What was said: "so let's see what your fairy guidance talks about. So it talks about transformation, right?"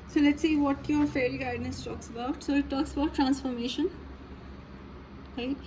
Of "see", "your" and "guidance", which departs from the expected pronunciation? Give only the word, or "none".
guidance